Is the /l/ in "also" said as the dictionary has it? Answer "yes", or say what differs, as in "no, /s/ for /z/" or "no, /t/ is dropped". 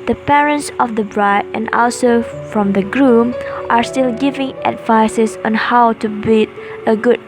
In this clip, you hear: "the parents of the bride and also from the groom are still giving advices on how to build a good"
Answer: yes